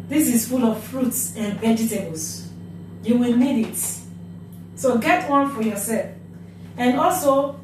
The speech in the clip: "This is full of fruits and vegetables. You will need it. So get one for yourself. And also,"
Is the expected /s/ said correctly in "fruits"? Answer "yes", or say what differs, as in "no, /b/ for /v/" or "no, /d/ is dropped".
yes